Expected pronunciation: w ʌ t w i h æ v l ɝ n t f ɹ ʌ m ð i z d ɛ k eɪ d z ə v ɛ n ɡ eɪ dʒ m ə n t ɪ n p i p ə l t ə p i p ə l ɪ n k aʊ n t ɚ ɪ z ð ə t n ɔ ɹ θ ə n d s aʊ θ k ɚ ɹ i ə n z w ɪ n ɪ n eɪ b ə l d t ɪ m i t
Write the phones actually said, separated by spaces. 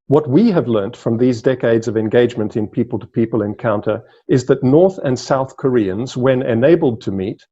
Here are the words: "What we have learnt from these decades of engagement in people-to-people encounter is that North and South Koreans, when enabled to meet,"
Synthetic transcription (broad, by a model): w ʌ t w i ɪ v l ɝ n t f ɹ ʌ m ð i z d ɛ k eɪ d z ə v ɛ n ɡ eɪ dʒ m ə n t ɪ n p i p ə l t ə p i p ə l ɪ n k aʊ n t ɚ ɪ z ð ə t n ɔ ɹ θ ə n s aʊ θ k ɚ ɹ i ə n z w ɪ n ɪ n eɪ b ə l d t ɪ m i t